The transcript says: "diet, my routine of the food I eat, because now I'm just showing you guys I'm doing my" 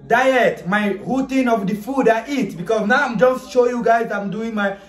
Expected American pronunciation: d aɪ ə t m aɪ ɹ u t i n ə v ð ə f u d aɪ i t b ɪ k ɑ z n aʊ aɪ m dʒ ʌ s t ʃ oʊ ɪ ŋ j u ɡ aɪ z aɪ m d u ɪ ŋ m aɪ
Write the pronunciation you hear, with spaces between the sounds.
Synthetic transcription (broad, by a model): d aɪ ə t m aɪ ɹ u t i n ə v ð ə f u d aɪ i t b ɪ k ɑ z n aʊ aɪ m dʒ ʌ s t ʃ oʊ j u ɡ aɪ z aɪ m d u ɪ ŋ m aɪ